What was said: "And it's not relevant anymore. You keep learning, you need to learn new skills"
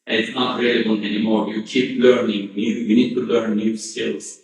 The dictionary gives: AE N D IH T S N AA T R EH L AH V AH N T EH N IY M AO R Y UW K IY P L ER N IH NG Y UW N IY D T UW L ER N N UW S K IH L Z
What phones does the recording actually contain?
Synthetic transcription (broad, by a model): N IH T S N AA T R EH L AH B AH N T EH N IY M AO R Y UW K IY P L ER N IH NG Y UW N IY D T UW L ER N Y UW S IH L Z